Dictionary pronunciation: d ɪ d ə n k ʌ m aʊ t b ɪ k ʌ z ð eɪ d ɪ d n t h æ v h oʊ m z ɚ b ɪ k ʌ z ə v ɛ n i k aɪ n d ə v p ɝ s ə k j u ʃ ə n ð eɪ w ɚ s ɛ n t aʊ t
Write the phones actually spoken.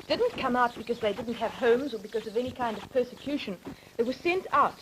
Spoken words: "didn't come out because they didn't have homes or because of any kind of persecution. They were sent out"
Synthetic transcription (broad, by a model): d ɪ d n k ʌ m aʊ t b ɪ k ʌ z ð eɪ d ɪ d n t h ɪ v h oʊ m z ɚ b ɪ k ʌ z ə v ɛ n i k aɪ n d ə v p ɝ s ə k j u ʃ ə n ð eɪ w ɚ s ɛ n t aʊ t